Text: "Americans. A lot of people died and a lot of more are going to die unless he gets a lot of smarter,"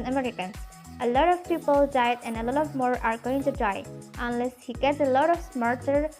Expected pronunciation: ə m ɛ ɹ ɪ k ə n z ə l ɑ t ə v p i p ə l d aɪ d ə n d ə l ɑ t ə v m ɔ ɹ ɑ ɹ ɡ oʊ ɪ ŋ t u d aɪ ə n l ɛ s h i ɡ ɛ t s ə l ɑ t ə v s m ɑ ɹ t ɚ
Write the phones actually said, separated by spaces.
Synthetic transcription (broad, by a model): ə m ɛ ɹ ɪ k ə n ə l ɑ t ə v p i p ə l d aɪ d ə n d ə l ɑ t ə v m ɔ ɹ ɑ ɹ ɡ oʊ ɪ ŋ t u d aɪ ə n l ɛ s h i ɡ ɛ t ə l ɑ t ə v s m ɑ ɹ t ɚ